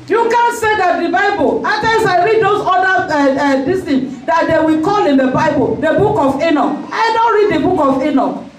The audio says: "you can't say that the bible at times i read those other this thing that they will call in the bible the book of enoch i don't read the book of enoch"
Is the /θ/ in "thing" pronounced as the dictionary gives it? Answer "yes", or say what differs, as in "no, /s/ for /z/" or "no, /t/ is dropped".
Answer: no, /t/ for /θ/